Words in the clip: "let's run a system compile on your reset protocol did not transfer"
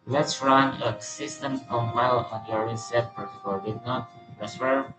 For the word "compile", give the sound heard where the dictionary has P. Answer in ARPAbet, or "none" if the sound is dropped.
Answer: none